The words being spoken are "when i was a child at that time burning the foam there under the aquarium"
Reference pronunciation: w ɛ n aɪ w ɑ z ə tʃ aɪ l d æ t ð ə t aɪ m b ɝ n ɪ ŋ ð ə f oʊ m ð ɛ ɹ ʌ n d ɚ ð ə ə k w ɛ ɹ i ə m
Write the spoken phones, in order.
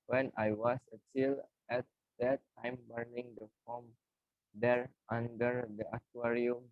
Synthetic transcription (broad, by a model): w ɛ n aɪ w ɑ s ə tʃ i l ɛ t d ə t aɪ m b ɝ n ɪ ŋ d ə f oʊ m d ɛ ɹ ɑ n d ɚ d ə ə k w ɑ ɹ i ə m